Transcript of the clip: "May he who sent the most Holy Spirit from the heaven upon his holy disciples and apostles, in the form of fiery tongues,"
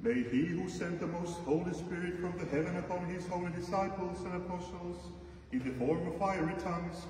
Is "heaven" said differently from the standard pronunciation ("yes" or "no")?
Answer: no